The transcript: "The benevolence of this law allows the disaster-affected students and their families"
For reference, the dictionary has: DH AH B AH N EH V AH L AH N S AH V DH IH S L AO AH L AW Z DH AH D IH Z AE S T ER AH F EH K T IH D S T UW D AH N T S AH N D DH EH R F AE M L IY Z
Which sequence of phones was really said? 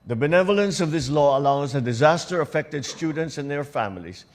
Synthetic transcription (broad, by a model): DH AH B AH N EH V AH L AH N S AH V DH IH S L AO AH L AW Z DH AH D IH Z AE S T ER AH F EH K T IH D S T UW D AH N T S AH N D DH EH R F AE M L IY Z